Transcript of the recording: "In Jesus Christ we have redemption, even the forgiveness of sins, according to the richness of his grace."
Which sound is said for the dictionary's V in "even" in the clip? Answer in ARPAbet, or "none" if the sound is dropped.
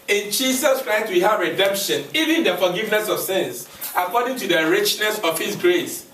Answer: V